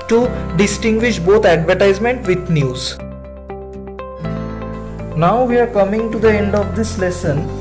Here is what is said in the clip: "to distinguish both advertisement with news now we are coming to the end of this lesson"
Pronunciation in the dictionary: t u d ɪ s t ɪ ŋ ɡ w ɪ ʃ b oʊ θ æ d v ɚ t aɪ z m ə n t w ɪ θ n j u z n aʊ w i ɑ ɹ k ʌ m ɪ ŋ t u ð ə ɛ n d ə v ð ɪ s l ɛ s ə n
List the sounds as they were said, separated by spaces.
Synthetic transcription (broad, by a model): t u d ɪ s t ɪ ŋ ɡ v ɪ ʃ b oʊ t æ d v ɚ t aɪ z m ə n t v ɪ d n j u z n aʊ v i ɑ ɹ k ʌ m ɪ ŋ t u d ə ɛ n d ə v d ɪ s l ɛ s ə n